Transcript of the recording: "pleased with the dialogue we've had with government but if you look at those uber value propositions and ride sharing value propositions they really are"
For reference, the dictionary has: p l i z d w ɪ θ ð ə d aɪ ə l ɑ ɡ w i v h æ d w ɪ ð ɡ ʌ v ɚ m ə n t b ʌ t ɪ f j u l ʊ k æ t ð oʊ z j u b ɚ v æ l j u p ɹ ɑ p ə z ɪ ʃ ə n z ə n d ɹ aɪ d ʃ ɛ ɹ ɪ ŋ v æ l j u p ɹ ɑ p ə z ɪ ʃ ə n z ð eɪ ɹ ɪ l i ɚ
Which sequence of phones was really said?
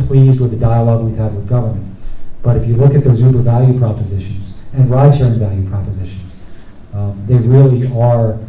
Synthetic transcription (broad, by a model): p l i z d w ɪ ð ə d aɪ ə l ɑ ɡ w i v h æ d w ɪ ð ɡ ʌ v ɚ m ə n t b ʌ t ɪ f j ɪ l ʊ k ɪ t ð oʊ z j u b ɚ v æ l j u p ɹ ɑ p ə z ɪ ʃ ə n z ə n ɹ aɪ d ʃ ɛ ɹ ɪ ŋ v æ l j u p ɹ ɑ p ə z ɪ ʃ ə n z ð eɪ ɹ ɪ l i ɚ